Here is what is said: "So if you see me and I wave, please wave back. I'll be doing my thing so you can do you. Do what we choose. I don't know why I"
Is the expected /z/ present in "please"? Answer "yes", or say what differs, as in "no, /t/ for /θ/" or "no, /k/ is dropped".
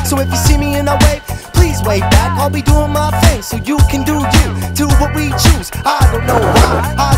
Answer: yes